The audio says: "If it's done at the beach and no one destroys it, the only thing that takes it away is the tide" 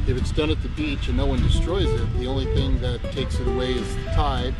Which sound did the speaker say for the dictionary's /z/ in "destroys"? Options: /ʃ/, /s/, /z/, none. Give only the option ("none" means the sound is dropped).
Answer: /z/